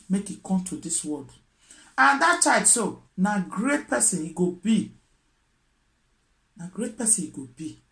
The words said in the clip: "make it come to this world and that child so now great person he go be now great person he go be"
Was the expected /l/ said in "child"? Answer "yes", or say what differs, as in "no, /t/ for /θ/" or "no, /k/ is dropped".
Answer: no, /l/ is dropped